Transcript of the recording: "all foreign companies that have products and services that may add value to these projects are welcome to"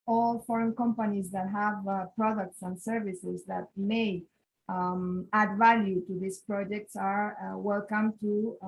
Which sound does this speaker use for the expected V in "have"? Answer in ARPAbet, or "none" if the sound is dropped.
V